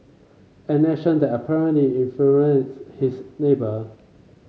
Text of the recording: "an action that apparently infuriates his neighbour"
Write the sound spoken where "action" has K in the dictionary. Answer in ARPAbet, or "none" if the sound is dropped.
none